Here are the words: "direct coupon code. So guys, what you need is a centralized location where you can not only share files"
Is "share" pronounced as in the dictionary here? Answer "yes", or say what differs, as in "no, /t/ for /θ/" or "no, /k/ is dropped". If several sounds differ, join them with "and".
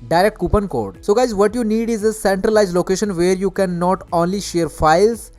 yes